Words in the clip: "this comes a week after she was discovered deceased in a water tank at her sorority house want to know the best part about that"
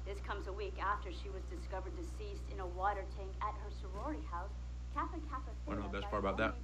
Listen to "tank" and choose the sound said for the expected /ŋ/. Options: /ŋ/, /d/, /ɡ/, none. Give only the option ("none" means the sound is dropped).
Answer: /ŋ/